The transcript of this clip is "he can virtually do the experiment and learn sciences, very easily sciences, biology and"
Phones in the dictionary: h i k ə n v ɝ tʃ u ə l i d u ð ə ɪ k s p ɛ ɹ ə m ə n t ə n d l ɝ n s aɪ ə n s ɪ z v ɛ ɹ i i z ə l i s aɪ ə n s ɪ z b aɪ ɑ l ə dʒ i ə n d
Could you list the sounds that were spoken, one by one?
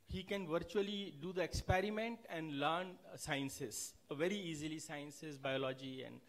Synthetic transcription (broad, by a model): h i k ə n v ɝ tʃ u ə l i d u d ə ɪ k s p ɛ ɹ ə m ə n t ə n d l ɝ n s aɪ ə n s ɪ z v ɛ ɹ i i z ə l i s aɪ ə n s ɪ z b aɪ ɑ l ə dʒ i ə n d